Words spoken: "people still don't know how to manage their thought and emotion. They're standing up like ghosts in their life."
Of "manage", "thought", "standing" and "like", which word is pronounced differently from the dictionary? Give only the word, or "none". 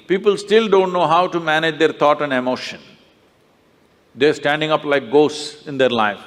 thought